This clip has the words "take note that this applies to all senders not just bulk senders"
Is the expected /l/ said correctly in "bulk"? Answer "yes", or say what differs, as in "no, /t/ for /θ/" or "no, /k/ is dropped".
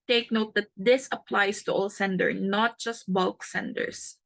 yes